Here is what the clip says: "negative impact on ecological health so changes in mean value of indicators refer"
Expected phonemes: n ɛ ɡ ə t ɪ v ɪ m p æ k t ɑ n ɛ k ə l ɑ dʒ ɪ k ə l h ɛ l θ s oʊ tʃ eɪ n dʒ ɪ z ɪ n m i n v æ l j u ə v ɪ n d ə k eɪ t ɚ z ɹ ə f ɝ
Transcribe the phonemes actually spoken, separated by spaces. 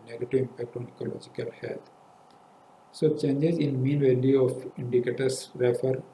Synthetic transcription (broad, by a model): n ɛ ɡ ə t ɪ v ɪ m p æ k t ɑ n ɛ k ə l ɑ dʒ ɪ k ə l h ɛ l t s oʊ tʃ eɪ n dʒ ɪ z ɪ n m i n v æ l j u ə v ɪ n d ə k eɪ t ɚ s ɹ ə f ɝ